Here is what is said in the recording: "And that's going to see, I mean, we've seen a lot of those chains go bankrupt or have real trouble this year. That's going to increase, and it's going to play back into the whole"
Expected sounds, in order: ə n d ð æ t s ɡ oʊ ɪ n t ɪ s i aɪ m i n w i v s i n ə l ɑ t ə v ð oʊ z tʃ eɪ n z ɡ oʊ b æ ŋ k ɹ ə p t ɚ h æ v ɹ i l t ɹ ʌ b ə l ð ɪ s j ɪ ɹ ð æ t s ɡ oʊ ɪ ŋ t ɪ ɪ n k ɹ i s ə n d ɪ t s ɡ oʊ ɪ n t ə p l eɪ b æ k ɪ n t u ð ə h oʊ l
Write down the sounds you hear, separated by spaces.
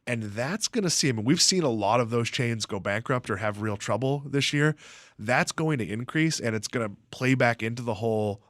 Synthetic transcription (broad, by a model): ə n ð æ t s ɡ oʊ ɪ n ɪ s i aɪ m i n w i v s i n ə l ɑ t ə v ð oʊ z tʃ eɪ n z ɡ oʊ b æ ŋ k ɹ ə p t ɚ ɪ v ɹ i l t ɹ ʌ b l ð ɪ s j ɪ ɹ ð æ t s ɡ oʊ ɪ ŋ t ɪ ɪ n k ɹ i s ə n ɪ t s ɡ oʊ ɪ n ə p l eɪ b æ k ɪ n t u ð ə h oʊ l